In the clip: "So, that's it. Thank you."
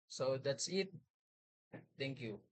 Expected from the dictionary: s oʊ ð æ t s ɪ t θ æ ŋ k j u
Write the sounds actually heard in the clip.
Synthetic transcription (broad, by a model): s oʊ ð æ t s ɪ t t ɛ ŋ k j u